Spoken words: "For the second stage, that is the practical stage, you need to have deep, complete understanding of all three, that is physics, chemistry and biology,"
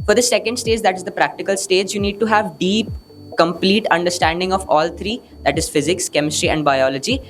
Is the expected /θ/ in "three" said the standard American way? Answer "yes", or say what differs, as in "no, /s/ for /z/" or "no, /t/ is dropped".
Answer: no, /t/ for /θ/